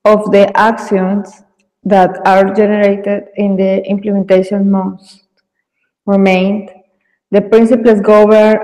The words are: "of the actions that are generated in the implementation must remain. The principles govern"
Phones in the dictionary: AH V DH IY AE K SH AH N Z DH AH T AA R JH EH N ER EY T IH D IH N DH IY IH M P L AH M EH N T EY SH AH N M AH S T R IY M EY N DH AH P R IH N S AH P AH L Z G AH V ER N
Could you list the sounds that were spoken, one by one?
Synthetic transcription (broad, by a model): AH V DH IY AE K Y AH N S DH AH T AA R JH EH N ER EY T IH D IH N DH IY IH M P L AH M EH N T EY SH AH N M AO S T R IY M EY N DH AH P R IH N S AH P L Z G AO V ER